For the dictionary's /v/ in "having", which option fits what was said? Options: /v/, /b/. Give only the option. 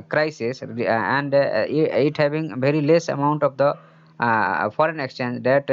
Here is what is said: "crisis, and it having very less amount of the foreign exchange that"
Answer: /b/